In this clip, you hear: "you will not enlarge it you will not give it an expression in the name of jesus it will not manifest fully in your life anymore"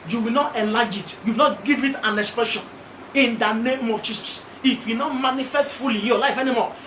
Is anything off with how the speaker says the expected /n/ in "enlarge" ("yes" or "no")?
yes